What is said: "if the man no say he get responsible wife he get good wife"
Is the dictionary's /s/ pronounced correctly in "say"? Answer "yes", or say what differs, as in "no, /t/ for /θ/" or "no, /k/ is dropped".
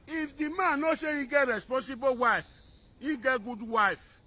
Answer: no, /ʃ/ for /s/